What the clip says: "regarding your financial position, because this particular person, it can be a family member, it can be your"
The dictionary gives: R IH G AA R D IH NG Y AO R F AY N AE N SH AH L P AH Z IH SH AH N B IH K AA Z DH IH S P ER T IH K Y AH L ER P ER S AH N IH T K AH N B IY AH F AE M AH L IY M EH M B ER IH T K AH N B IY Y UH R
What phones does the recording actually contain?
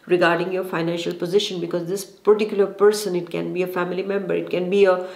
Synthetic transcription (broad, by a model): R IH G AA R D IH NG Y AO R F AY N AE N SH AH L P AH Z IH SH AH N B IH K AA Z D IH S P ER T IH K Y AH L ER P ER S AH N IH T K AH N B IY AH F AE M AH L IY M EH M B ER IH T K AH N B IY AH